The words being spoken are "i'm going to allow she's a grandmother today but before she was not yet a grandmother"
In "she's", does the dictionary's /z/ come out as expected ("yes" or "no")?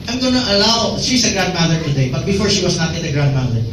no